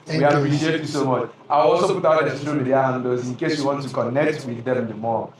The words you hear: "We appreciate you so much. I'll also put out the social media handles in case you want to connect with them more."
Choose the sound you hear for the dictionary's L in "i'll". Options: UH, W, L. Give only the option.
W